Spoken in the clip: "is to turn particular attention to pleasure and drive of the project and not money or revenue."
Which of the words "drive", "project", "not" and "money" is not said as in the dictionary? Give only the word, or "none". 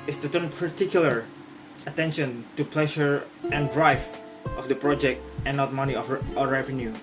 drive